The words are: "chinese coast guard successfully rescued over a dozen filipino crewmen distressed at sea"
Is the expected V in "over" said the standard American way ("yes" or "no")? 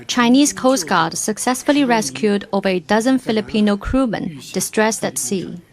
yes